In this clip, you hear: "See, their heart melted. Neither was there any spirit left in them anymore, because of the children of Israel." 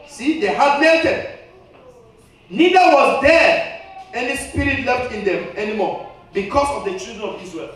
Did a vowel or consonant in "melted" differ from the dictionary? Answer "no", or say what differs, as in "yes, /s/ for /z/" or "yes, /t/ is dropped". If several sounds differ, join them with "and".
yes, /l/ is dropped